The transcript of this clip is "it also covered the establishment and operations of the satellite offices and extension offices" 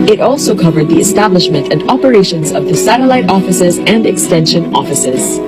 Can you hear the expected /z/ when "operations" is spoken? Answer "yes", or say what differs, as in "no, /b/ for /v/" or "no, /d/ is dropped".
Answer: yes